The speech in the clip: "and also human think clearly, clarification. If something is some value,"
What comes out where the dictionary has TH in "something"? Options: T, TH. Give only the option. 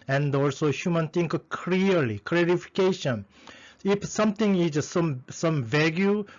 T